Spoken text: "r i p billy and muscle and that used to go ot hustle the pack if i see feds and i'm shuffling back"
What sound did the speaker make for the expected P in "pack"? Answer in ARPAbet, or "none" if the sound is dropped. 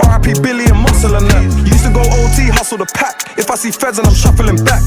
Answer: P